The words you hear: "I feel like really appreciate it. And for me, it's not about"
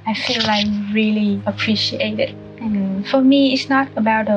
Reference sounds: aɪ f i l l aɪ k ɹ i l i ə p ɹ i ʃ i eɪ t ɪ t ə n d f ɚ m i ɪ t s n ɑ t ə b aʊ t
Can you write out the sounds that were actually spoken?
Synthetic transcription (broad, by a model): aɪ f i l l aɪ ɹ i l i ə p ɹ i ʃ i eɪ t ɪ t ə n f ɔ m i ɪ t s n ɑ t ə b aʊ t